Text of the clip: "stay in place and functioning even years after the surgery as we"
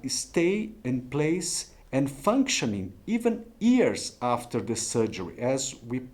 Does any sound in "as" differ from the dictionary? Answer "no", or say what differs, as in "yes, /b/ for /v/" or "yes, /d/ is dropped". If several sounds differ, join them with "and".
no